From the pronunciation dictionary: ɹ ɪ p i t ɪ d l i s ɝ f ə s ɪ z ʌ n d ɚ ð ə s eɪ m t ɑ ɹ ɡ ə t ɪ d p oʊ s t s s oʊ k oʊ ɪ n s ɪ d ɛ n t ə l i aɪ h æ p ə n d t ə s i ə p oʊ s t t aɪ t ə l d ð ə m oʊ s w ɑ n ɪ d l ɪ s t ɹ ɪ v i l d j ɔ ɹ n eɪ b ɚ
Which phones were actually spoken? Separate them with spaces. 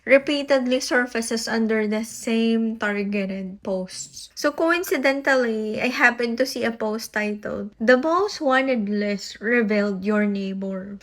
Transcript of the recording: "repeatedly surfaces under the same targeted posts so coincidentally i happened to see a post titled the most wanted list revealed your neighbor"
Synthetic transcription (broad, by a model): ɹ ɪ p i t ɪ d l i s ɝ f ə s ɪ s ʌ n d ɚ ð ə s eɪ m t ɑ ɹ ɡ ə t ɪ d p oʊ s t s s oʊ k oʊ ɪ n s ɪ d ɛ n t ə l i aɪ h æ p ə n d t ə s i ə p oʊ s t t aɪ t ə l d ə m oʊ s w ɑ n ɪ d l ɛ s ɹ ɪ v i l d j ɔ ɹ n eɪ b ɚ